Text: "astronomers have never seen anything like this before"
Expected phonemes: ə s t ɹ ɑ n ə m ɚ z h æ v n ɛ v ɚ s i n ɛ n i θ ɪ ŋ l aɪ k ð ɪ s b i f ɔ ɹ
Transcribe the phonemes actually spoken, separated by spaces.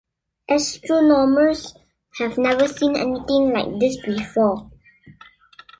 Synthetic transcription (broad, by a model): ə s t ɹ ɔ n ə m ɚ s h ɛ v n ɛ v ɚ s i n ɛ n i t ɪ ŋ l aɪ k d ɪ s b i f ɔ